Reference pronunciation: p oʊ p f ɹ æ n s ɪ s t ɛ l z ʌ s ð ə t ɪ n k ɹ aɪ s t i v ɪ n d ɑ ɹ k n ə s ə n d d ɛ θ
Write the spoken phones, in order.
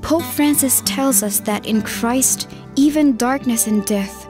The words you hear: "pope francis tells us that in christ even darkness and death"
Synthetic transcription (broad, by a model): p oʊ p f ɹ æ n s ɪ s t ɛ l z ʌ s ð ə t ɪ n k ɹ aɪ s t i v ɪ n d ɑ ɹ k n ə s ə n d d ɛ θ